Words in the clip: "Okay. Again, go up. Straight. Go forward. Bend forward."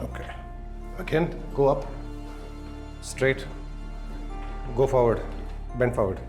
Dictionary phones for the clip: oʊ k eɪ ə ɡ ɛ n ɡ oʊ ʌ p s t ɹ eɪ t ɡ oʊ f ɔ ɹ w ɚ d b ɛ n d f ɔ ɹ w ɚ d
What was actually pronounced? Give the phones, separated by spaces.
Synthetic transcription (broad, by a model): oʊ k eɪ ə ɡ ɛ n ɡ oʊ ʌ p s t ɹ eɪ t ɡ oʊ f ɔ ɹ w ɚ d b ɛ n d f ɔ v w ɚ d